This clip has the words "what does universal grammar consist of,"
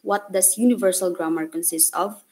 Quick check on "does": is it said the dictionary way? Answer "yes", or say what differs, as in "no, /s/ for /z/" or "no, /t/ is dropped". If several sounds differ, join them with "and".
no, /s/ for /z/